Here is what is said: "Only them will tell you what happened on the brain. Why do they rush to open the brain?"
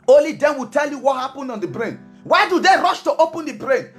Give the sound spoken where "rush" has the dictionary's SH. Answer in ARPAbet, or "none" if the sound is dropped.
SH